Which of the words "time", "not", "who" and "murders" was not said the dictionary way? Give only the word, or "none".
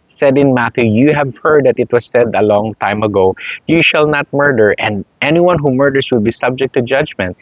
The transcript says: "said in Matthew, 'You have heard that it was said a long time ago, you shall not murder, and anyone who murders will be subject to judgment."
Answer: murders